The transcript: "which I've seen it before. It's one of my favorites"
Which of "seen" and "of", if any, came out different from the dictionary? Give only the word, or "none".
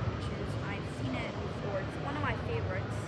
none